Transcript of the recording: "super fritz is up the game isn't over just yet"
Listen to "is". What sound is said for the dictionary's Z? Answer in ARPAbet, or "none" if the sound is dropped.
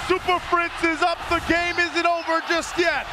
Z